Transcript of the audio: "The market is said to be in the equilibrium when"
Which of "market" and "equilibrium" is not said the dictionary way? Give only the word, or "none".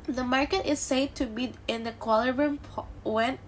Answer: equilibrium